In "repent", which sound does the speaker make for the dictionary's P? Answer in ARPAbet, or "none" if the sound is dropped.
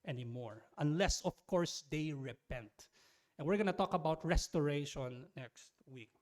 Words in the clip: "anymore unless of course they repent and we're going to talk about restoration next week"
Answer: P